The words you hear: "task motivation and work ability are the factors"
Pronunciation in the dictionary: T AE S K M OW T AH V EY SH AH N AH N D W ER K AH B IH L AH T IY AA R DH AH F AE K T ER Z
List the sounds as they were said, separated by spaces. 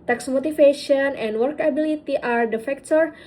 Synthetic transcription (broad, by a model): T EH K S M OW T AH F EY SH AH N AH N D W ER K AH B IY L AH T IY AA R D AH F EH K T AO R